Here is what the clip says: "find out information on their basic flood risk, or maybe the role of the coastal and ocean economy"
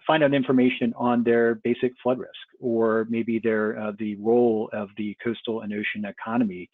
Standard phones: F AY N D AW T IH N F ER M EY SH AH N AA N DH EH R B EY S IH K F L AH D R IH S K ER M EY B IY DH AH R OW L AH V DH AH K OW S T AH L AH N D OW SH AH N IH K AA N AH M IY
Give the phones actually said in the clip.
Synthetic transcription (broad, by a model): F AY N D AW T IH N F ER M EY SH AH N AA N DH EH R B EY S IH K F L AH D R IH S K ER M EY B IY DH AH R OW L AH V DH AH K OW S T L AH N OW SH AH N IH K AA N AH M IY